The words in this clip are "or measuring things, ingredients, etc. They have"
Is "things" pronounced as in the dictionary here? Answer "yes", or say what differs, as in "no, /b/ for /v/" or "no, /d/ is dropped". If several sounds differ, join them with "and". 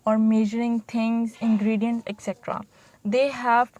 no, /t/ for /θ/